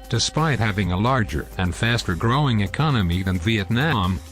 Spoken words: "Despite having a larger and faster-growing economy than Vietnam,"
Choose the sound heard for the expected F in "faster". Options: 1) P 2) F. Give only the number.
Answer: 2